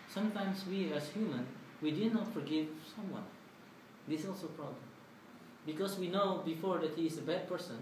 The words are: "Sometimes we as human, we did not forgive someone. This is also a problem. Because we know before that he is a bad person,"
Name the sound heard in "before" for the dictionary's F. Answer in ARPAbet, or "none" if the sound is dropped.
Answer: F